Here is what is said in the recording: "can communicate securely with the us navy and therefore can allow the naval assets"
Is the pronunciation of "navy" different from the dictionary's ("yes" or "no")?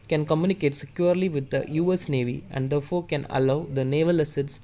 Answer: no